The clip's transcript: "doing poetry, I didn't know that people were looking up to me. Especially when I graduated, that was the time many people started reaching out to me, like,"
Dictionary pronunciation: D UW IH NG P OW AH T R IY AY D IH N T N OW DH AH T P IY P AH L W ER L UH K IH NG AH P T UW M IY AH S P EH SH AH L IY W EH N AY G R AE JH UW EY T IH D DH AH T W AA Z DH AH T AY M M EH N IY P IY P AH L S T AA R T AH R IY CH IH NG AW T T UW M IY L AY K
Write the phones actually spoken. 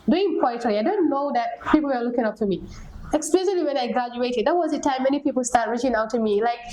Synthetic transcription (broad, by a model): D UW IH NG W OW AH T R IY AY D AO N N OW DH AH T P IY P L W ER L UH K IH NG AH P T UW M IY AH S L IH S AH L IY W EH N AY G R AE JH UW EY T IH D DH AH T W AA Z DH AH T AY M M EH N IY P IY P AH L S T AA R T R IY CH IH NG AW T T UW M IY L AY K